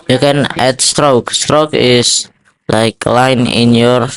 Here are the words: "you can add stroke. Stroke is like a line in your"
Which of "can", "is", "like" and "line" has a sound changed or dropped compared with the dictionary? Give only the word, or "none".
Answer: is